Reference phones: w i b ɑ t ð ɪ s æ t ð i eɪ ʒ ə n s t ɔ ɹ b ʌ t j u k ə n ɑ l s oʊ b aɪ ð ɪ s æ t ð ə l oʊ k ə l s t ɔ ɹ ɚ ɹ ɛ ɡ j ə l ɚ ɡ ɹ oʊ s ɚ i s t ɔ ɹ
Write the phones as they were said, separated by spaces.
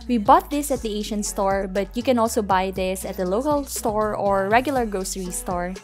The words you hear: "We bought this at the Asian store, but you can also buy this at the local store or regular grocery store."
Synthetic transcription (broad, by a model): w i b ɑ t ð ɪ s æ t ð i eɪ ʃ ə n s t ɔ ɹ b ʌ t j u k ə n ɑ l s oʊ b aɪ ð ɪ s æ t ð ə l oʊ k ə l s t ɔ ɹ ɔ ɹ ɛ ɡ j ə l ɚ ɡ ɹ oʊ s ɚ i s t ɔ ɹ